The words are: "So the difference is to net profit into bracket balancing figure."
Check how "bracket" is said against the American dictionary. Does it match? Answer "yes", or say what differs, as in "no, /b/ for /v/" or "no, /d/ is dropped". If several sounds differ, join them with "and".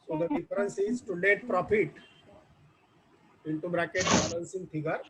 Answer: yes